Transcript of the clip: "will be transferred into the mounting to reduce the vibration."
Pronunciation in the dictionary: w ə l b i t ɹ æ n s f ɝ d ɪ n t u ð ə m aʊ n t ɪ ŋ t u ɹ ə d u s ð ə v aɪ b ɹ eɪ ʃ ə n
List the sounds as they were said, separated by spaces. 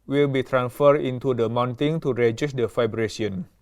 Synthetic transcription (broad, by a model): w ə l b i t ɹ æ n s f ɝ d ɪ n t u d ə m aʊ n t ɪ ŋ t u ɹ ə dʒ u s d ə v aɪ b ɹ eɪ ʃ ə n